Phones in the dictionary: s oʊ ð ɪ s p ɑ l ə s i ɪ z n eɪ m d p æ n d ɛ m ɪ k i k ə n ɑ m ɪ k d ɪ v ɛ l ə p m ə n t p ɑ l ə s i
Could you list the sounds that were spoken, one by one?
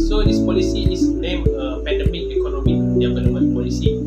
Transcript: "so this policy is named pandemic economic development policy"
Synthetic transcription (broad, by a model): s oʊ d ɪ s p ɑ l ə s i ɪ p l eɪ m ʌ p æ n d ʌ m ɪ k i k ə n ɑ m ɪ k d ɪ p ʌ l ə m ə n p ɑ l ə s i